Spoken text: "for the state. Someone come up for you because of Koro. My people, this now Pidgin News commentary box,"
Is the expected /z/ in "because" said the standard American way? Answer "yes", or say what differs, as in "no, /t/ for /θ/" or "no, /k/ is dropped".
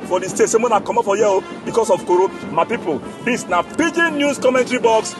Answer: no, /s/ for /z/